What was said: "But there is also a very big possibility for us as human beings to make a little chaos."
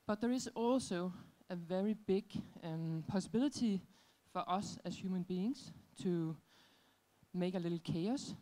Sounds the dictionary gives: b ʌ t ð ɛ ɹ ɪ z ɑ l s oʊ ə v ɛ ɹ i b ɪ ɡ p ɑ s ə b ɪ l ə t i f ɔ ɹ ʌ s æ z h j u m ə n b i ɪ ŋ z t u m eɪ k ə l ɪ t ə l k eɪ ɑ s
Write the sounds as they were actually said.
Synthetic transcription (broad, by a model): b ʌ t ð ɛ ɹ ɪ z ɑ l s oʊ ə v ɛ ɹ i b ɪ ɡ p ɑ s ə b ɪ l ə s i f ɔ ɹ ʌ s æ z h j u m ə n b i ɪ ŋ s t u m eɪ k ə l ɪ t l k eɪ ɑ s